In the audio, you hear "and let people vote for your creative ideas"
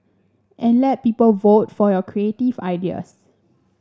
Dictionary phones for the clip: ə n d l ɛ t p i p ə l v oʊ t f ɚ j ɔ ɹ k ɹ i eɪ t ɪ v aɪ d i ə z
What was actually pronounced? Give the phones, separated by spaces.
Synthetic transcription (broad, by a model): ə n l ɛ t p i p ə l v oʊ t f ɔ j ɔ k ɹ i eɪ t ɪ v aɪ d i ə s